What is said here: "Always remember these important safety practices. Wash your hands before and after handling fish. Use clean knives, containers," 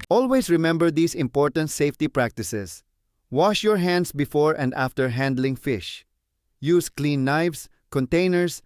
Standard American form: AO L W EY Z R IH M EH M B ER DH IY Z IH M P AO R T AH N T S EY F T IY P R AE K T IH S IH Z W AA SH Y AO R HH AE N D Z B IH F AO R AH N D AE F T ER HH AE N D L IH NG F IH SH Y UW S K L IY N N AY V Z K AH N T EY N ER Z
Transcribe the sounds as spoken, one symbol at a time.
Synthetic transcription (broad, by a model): AO L W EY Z R IH M EH M B ER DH IY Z IH M P AO R T AH N T S EY F T IY P R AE K T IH S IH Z W AA SH Y AO R HH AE N D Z B IH F AO R AH N D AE F T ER HH AE N D L IH NG F IH SH Y UW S K L IY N N AY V S K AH N T EY N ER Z